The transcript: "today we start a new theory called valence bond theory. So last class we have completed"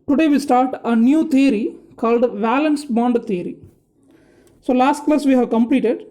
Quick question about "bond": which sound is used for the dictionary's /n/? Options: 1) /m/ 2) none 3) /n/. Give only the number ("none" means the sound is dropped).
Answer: 3